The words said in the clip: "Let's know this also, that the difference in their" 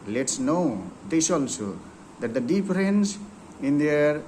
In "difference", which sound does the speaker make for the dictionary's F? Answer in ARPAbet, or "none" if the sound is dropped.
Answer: P